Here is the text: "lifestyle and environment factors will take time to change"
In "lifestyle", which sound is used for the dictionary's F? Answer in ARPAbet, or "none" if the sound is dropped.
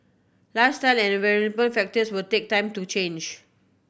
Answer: none